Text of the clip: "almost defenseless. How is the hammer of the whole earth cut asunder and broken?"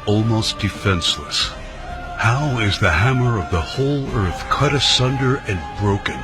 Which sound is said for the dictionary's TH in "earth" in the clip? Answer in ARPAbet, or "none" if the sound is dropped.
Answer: TH